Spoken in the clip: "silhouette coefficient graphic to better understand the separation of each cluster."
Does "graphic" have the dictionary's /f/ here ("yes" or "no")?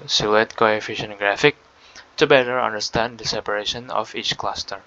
yes